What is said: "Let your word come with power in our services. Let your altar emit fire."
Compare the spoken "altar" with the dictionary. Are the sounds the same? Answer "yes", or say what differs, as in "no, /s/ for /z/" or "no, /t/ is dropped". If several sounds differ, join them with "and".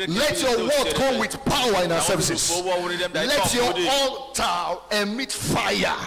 no, /l/ is dropped